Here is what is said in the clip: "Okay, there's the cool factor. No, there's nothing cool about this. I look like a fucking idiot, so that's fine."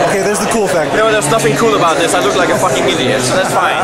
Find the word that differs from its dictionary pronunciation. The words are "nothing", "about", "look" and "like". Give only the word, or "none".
nothing